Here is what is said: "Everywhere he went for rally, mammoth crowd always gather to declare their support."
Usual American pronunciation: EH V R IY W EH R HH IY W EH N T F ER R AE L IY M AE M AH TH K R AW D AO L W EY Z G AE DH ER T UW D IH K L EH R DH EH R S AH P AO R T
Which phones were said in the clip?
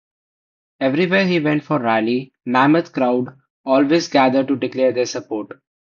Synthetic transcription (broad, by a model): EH V R IY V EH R HH IY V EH N T F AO R AE L IY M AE M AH T K R AW D AO L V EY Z G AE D ER T UW D IH K L EH R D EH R S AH P AO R T